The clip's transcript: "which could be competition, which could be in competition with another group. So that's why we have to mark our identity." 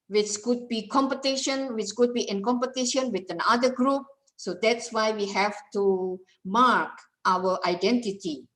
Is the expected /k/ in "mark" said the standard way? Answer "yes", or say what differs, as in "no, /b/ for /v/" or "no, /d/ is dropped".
yes